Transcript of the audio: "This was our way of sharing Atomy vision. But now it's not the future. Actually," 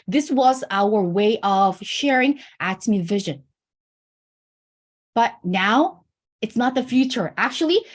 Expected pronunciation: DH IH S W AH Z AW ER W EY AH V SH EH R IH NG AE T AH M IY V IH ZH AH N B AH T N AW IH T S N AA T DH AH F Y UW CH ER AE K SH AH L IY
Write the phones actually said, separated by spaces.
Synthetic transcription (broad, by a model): DH IH S W AH Z AW ER W EY AH V SH EH R IH NG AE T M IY V IH ZH AH N B AH T N AW IH T S N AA T DH AH F Y UW CH ER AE K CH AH L IY